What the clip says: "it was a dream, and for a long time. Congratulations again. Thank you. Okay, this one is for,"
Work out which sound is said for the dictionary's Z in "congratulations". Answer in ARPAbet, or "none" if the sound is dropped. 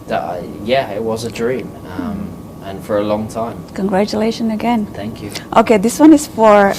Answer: none